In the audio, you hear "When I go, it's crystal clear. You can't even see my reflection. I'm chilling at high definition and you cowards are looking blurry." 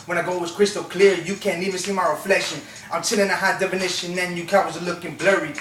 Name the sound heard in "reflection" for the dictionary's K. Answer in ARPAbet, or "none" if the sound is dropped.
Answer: none